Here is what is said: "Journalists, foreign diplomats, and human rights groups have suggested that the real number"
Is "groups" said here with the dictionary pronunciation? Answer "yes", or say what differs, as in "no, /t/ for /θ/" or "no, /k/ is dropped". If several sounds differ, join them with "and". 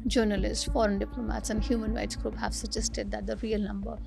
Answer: no, /s/ is dropped